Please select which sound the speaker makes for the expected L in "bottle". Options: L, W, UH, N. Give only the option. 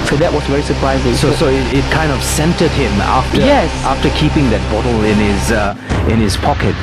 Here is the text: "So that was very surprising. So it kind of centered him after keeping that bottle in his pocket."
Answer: N